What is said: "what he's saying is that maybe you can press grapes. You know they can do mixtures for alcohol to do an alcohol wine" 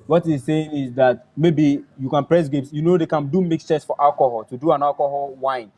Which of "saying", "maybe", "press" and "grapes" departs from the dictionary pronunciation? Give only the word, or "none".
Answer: grapes